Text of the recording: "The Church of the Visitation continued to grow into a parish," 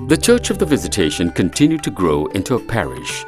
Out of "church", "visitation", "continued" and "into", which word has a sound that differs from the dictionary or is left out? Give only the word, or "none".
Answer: none